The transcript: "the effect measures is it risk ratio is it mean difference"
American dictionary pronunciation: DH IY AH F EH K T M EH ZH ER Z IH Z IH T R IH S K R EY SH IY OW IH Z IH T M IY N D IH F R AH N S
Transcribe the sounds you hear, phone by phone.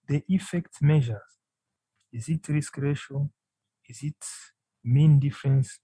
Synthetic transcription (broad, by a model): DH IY AH F EH K T M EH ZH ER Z IH Z IH T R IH S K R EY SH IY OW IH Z IH T M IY N D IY F R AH N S